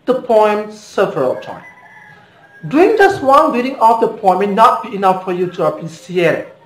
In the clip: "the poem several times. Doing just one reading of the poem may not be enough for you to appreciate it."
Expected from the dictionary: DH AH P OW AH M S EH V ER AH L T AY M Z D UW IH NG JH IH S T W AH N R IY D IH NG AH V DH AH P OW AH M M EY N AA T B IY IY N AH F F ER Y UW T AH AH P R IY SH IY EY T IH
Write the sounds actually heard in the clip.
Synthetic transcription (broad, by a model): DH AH P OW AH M S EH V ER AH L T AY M D UW IH NG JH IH S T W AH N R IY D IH NG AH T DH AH P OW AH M M EY N AA T B IY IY N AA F F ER Y UW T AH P IY S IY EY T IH